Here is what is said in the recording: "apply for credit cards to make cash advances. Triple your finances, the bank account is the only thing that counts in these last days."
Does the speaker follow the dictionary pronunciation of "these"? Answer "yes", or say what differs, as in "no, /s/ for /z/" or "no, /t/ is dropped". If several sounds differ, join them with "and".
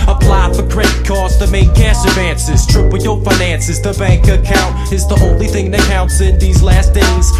yes